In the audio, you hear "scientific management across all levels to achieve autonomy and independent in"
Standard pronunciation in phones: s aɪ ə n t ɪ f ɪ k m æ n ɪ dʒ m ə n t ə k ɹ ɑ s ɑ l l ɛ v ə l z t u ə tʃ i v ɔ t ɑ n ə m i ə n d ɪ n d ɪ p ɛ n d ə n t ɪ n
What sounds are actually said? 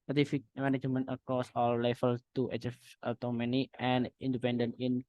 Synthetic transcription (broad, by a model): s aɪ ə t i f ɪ k m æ n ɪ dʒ m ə n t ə k ɑ s ɑ l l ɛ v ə l t u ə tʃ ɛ f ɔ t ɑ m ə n i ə n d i n d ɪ p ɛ n d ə n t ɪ n